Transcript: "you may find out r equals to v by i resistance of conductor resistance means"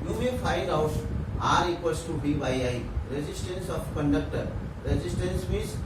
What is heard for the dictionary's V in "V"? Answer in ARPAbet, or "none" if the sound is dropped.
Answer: B